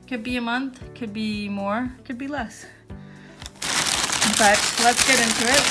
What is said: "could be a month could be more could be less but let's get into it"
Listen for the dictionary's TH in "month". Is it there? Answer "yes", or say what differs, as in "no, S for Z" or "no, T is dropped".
yes